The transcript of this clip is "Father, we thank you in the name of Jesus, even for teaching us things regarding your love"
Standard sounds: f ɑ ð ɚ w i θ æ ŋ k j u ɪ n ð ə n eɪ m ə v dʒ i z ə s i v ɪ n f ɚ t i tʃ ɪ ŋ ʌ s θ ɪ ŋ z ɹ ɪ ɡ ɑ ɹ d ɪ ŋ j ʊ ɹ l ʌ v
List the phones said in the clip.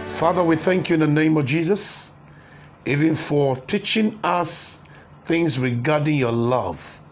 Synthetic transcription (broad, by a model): f ɑ ð ɚ w i θ æ ŋ k j u ɪ n ð ə n eɪ m ə v dʒ i z ə s i v ɪ n f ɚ t i tʃ ɪ ŋ ʌ s θ ɪ ŋ z ɹ ɪ ɡ ɑ ɹ d ɪ ŋ j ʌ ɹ l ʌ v